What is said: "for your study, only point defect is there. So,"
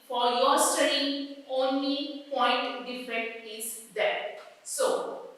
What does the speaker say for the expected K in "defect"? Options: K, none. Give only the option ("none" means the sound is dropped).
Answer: none